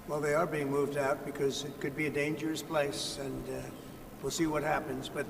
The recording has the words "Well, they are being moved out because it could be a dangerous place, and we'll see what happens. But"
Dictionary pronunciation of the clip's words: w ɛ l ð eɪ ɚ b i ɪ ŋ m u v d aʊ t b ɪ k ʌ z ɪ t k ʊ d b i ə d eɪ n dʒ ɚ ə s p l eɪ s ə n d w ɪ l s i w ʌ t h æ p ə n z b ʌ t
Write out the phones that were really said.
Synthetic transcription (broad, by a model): w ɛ l ð eɪ ɚ b i ɪ ŋ m u v d aʊ t b ɪ k ʌ z ɪ t k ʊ d b i ə d eɪ n dʒ ɚ ə s p l eɪ s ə n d w ɪ l s i w ʌ t h æ p ə n z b ʌ t